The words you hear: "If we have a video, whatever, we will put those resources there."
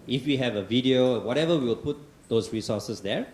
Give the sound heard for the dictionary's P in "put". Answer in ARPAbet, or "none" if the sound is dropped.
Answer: P